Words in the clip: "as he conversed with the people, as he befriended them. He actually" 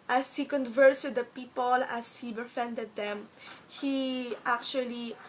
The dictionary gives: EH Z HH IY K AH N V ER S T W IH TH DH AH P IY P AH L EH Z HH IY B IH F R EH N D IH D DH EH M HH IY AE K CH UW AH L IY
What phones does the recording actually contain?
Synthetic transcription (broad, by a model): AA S HH IY K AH N V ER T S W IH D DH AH P IY P AH L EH S HH IY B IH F EH N D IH D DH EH M HH IY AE K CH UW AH L IY